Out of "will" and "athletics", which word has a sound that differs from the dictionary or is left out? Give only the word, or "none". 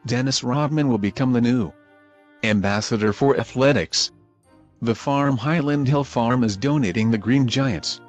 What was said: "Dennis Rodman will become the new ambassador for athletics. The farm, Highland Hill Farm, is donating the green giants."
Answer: none